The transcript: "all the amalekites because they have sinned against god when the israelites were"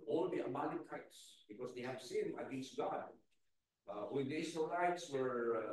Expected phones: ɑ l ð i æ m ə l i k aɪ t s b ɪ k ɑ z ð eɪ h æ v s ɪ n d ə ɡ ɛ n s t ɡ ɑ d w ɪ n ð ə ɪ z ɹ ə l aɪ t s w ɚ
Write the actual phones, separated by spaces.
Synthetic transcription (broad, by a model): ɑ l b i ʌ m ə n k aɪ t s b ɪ k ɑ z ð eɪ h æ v s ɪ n ə ɡ ɛ n s t ɡ ɑ d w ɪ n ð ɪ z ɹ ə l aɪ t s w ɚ